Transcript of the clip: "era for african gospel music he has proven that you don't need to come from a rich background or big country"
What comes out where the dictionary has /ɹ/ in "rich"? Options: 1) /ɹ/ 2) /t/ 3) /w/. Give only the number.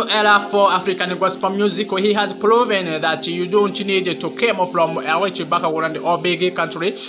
3